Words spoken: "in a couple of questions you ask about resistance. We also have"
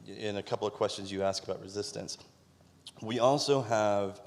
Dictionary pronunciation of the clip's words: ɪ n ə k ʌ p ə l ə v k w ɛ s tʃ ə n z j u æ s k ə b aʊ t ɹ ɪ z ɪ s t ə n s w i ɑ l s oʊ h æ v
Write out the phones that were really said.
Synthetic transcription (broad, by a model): ɪ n ə k ʌ p l ə v k w ɛ s tʃ ə n z j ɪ æ s k ə b aʊ t ɹ ɪ z ɪ s t ə n s w i ɑ l s oʊ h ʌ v